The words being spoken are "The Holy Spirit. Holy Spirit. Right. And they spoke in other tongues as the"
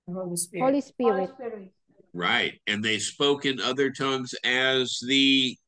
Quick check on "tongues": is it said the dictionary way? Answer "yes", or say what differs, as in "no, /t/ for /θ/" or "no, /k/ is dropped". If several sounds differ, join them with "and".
yes